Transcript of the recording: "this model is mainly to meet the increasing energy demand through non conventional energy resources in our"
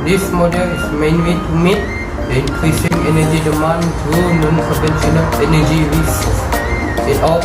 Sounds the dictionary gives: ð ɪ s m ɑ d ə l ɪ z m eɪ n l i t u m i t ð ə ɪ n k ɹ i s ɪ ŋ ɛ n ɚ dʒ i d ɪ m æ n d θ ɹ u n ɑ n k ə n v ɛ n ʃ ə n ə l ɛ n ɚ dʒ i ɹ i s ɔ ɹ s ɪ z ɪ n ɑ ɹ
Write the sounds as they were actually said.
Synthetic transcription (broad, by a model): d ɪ s m ɑ d ə l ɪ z m eɪ n w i t u m i t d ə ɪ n k ɹ i s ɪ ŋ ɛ n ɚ dʒ i d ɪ m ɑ n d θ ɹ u n ɑ n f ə v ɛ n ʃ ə n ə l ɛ n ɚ dʒ i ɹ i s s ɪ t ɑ